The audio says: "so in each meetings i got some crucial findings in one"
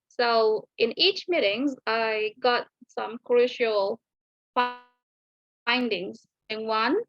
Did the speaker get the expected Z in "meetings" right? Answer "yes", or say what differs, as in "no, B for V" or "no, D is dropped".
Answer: yes